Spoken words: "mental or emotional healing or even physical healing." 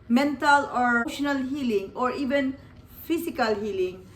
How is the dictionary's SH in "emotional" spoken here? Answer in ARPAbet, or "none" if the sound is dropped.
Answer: none